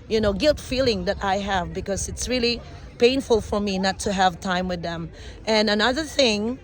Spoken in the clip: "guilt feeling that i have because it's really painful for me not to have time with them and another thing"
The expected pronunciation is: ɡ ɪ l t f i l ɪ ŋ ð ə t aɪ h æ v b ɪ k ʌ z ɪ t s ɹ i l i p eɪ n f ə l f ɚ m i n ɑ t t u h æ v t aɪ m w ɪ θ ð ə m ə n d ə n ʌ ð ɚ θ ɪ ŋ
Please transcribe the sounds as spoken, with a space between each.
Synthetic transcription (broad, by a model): ɡ ɪ l t f i l ɪ ŋ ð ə t aɪ h æ v b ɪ k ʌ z ɪ t s ɹ i l i p eɪ n f ə l f ɚ m i n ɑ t t u h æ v t aɪ m w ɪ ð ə m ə n ə n ʌ ð ɚ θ ɪ ŋ